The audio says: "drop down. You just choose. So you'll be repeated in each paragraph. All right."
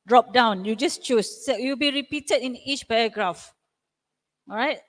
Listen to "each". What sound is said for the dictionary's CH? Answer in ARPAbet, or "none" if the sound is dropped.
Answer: CH